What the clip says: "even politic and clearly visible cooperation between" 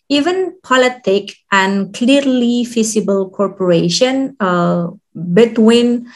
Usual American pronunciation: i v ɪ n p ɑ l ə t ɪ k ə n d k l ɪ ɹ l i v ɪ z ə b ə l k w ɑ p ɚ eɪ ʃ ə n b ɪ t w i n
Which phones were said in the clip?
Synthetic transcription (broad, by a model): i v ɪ n p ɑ l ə t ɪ k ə n k l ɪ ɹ l i f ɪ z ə b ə l k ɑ p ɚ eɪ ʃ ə n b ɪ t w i n